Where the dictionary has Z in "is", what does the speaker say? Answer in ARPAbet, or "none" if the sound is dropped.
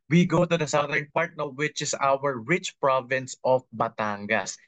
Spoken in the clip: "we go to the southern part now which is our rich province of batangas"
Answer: S